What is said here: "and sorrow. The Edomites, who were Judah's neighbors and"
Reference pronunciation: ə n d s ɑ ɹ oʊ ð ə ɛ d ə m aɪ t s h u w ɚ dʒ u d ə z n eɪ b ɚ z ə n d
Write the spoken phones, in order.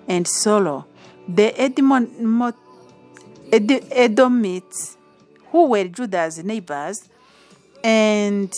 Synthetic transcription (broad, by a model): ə n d s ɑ l oʊ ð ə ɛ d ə m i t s h u w ɚ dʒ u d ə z n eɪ b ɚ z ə n d